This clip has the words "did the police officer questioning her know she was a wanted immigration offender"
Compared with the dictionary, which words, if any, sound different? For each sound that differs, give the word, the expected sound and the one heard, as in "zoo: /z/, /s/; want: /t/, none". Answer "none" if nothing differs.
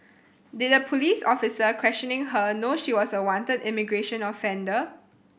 was: /z/, /s/